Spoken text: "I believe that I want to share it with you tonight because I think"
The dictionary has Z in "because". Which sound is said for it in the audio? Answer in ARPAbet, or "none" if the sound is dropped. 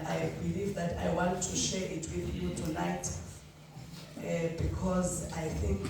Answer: Z